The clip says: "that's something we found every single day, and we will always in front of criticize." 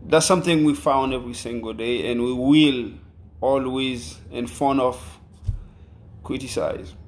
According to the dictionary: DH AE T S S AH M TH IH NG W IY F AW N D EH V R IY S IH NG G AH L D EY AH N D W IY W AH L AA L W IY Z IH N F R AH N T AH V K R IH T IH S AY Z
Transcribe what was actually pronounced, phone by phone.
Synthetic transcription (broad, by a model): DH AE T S S AH M TH IH NG W IY F AW N D EH V R IY S IH NG G AH L D EY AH N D W IY W AH L AA L W IY Z IH N F AH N AH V K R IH T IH S AY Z